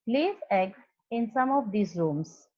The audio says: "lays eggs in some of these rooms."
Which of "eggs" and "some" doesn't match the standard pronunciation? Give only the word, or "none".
eggs